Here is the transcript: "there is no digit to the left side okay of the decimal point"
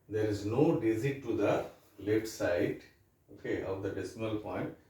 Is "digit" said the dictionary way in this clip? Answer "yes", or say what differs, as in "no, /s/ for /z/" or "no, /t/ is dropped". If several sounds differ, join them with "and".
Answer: no, /z/ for /dʒ/